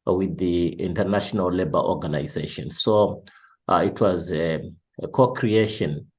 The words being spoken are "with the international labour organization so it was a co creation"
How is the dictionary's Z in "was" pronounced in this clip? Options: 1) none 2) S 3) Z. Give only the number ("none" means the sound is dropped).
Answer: 3